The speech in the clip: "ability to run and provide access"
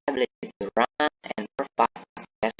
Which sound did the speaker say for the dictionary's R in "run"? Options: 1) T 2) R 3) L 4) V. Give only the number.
2